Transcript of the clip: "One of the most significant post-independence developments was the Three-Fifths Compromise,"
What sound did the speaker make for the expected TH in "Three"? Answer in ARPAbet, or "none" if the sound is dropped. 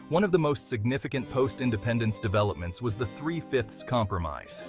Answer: TH